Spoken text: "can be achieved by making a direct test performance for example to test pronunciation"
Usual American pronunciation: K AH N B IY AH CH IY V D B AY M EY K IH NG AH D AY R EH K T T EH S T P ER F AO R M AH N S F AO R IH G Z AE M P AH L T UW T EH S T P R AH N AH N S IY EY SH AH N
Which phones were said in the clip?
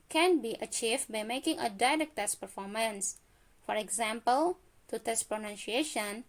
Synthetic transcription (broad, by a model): K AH N B IY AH CH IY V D B AY M EY K IH NG AH D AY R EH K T T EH S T P ER F AO R M AH N S F AO R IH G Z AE M P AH L T UW T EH S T P R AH N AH N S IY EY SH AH N